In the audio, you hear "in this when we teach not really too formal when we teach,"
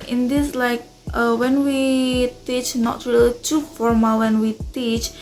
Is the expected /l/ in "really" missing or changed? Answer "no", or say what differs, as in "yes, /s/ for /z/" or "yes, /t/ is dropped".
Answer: no